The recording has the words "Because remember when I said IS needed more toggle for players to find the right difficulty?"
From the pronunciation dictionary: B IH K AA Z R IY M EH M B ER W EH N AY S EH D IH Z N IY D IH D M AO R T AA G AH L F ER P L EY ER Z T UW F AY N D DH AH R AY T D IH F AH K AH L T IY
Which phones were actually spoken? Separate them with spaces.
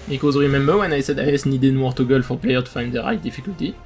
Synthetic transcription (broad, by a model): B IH K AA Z R IY M EH M B ER W EH N AY S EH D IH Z N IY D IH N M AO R T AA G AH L F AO P L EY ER T UW F AY N D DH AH R AY T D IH F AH K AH L T IY